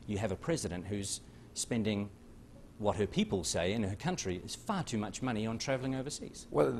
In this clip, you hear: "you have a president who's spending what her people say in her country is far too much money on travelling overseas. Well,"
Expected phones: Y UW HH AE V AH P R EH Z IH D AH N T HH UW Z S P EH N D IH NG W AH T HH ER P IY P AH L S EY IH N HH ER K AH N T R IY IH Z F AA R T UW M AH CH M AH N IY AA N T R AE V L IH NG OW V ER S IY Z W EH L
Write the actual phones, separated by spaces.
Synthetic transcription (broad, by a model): Y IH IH V AH P R EH Z IH D AH N T HH UW Z S P EH N D IH NG W AH T HH ER P IY P AH L S EY IH N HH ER K AH N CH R IY IH Z F AA R T UW M AH CH M AH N IY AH N T R AE V L IH NG OW V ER S IY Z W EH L